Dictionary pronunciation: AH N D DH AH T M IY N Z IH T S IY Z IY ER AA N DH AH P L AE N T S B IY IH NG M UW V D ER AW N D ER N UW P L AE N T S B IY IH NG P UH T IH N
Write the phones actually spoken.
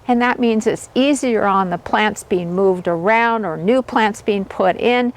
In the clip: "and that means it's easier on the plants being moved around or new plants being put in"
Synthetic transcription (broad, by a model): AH N DH AH T M IY N Z IH T S IY Z IY ER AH N DH AH P L AE N T S B IY IH NG M UW V D ER AW N D ER N UW P L AE N T S B IY IH NG P UH T IH N